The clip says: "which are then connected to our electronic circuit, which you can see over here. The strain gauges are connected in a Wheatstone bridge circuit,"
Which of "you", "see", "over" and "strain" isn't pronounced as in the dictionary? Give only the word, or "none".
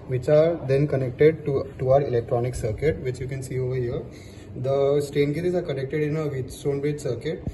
strain